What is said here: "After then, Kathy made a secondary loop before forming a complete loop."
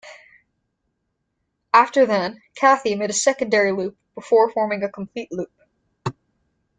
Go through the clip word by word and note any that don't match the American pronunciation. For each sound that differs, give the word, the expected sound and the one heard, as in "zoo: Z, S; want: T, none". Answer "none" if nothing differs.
none